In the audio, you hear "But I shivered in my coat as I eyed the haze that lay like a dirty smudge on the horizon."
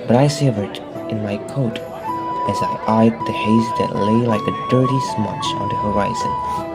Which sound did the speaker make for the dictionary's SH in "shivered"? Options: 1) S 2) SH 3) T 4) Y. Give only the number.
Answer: 1